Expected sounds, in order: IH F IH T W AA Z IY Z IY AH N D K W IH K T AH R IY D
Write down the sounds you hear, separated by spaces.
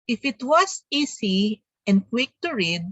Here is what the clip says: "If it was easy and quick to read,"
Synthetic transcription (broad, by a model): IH F IH T W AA S IY S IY AH N D K W IH K T AH R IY D